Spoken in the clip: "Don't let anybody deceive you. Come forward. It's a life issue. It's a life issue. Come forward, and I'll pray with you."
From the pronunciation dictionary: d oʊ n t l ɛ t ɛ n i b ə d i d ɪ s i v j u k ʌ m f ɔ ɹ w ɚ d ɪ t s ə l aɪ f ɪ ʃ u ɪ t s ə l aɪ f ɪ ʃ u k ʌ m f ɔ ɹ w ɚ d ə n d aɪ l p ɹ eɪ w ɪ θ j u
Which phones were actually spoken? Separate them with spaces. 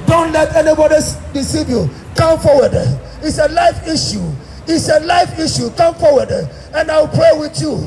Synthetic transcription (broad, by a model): d oʊ n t l ɛ t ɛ n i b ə d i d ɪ s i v j u k ʌ m f ɔ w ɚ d ɪ t s ə l aɪ f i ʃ u ɪ t s ə l aɪ f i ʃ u k ʌ m f ɔ w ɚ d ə n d aɪ w p ɹ eɪ w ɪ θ j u